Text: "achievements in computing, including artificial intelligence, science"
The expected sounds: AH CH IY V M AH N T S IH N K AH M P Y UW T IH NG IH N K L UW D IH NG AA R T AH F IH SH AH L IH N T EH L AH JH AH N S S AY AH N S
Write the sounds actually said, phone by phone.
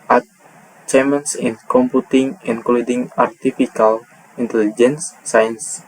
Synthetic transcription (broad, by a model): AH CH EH M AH N S IH N K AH M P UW T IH NG IH N K L UW D IH NG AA R T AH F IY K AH L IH N T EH L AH JH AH N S S AY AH N S